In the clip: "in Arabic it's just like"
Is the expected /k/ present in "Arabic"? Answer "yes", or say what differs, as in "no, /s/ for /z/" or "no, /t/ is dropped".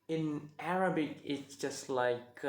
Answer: yes